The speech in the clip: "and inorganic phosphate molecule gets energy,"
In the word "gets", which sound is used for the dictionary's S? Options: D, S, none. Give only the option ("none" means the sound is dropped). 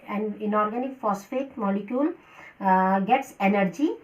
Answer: S